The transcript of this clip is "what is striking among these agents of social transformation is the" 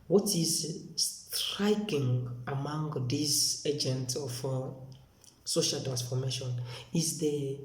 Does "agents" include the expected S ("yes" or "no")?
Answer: no